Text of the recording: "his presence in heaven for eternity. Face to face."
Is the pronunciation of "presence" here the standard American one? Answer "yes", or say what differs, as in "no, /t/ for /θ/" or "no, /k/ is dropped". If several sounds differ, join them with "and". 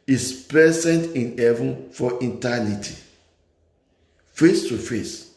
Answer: no, /ɹ/ is dropped